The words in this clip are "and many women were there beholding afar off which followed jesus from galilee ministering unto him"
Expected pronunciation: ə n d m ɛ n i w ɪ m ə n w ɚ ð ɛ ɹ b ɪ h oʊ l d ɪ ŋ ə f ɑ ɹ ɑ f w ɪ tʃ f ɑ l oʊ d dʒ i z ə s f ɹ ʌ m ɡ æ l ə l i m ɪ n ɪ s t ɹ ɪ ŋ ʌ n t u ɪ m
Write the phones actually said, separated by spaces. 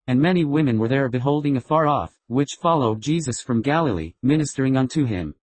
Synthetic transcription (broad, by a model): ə n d m ɛ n i w ɪ m ə n w ɚ ð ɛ ɹ b ɪ h oʊ l d ɪ ŋ ə f ɑ ɹ ɑ f w ɪ tʃ f ɑ l oʊ d dʒ i z ə s f ɹ ʌ m ɡ æ l ə l i m ɪ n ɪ s t ɹ ɪ ŋ ʌ n t u ɪ m